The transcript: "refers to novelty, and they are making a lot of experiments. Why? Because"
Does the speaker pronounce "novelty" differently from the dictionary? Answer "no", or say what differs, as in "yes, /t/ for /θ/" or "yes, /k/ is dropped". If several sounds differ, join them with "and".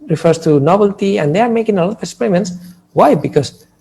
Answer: yes, /b/ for /v/